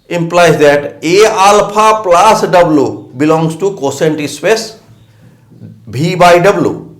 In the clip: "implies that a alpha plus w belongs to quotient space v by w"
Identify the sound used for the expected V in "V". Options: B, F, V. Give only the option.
B